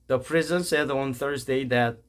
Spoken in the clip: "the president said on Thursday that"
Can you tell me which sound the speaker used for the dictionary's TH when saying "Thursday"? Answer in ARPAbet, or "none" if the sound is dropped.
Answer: TH